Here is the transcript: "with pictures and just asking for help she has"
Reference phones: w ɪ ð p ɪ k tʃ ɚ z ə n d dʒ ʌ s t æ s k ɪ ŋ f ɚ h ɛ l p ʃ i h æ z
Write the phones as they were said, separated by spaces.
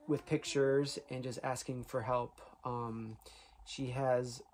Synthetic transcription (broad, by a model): w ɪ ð p ɪ k tʃ ɚ z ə n dʒ ʌ s t æ s k ɪ ŋ f ɚ h ɛ l p ʃ i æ z